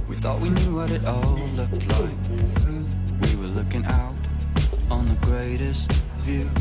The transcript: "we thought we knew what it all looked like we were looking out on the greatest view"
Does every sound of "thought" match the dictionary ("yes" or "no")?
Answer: yes